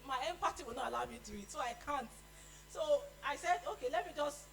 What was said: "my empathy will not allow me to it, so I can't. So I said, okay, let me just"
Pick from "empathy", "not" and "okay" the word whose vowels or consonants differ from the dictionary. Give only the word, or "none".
empathy